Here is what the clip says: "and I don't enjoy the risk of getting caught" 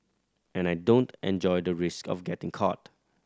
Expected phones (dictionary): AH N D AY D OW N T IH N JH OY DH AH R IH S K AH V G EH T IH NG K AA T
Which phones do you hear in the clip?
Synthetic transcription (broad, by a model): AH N AY D OW N T IH N JH OY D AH R IH S K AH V G EH T IH NG K AA T